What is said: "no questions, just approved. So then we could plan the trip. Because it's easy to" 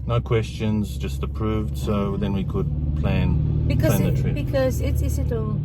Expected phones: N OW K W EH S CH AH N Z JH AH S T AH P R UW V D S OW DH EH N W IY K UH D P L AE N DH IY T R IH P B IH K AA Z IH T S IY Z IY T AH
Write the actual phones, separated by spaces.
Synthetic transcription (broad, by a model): N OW K W EH S CH AH N Z JH AH S T AH P R UW V D S OW DH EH N W IY K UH D P L AE N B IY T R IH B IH K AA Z IH T S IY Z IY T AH